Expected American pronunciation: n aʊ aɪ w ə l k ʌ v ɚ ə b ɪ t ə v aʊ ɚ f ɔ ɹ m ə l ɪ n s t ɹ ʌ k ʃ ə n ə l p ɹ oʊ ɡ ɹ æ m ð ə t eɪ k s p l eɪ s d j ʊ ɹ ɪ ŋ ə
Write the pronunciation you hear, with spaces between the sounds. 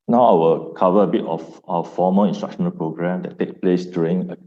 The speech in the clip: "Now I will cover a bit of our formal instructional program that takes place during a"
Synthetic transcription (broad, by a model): n aʊ aɪ w ə l k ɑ v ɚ ə b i t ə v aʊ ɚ f ɔ m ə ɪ n s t ɹ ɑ k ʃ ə n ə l p ɹ oʊ ɡ ɹ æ m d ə t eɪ k p l eɪ s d j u ɹ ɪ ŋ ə